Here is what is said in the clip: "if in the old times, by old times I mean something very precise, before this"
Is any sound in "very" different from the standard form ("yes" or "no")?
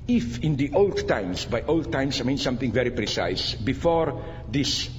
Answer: no